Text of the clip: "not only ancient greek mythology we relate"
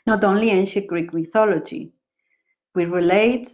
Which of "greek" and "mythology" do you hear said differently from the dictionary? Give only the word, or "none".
none